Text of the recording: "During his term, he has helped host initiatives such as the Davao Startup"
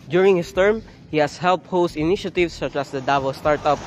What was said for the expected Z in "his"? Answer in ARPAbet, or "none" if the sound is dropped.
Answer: S